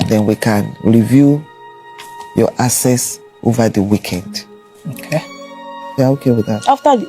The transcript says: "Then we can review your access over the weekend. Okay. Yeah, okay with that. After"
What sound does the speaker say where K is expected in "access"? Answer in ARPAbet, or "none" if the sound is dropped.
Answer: none